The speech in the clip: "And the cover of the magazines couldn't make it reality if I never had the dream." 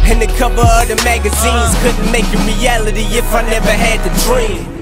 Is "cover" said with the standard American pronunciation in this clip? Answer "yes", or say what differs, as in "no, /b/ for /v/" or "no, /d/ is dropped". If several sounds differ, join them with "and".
no, /p/ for /v/